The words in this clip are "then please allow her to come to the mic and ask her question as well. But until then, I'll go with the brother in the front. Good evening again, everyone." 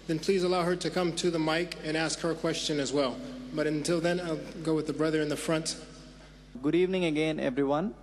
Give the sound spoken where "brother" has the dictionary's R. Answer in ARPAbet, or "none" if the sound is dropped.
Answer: R